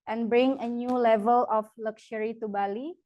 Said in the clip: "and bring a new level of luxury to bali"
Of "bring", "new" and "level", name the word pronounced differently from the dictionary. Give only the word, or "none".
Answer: none